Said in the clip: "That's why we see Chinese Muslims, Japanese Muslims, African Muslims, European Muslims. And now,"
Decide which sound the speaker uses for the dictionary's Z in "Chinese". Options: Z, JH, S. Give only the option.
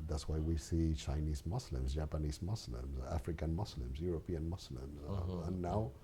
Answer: Z